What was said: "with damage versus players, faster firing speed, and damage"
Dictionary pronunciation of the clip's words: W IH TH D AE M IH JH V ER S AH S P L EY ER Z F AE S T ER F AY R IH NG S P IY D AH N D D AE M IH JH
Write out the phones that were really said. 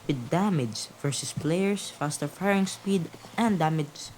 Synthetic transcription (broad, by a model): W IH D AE M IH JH V ER S AH S P L EY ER S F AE S T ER F AY R IH NG S P IY D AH N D D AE M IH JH